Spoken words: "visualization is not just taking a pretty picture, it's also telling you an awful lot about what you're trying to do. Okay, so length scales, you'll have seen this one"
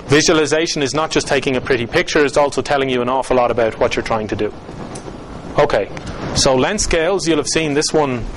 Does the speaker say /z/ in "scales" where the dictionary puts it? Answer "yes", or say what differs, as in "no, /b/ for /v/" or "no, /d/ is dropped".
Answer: yes